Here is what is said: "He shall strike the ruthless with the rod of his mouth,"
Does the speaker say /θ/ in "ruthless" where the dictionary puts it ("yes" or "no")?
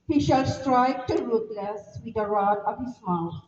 no